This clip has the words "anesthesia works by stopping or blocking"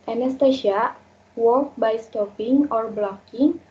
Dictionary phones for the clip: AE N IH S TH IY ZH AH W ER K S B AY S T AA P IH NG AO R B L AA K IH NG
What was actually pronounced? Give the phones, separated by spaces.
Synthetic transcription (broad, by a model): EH N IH S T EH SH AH W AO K B AY S T AA P IH NG AO R B L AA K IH NG